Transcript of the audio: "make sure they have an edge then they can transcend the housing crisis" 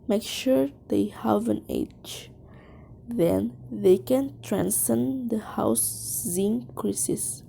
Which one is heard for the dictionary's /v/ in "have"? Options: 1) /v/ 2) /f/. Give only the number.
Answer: 1